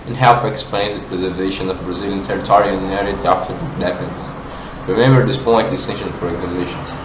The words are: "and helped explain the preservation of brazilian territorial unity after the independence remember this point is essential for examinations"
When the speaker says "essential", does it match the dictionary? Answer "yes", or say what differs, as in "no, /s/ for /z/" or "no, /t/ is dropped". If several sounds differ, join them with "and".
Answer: no, /n/ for /l/